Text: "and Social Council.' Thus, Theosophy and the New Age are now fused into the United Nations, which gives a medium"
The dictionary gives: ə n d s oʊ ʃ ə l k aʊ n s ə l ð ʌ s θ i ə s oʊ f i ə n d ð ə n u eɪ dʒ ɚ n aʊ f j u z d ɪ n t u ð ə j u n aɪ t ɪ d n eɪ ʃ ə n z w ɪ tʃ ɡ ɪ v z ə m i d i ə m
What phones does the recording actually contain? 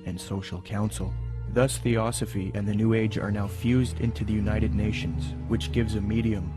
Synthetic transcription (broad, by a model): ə n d s oʊ ʃ l k aʊ n s l ð ʌ s θ i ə s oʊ f i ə n ð ə n u eɪ dʒ ɚ n aʊ f j u z d ɪ n t u ð ə j u n aɪ t ɪ d n eɪ ʃ ə n z w ɪ tʃ ɡ ɪ v z ə m i d i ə m